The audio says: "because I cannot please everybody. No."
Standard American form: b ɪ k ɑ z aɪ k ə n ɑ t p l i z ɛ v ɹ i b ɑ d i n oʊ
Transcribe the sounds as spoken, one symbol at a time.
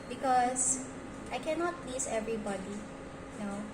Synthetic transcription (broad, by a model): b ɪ k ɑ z aɪ k ə n ɑ t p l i s ɛ v ɹ i b ɑ d i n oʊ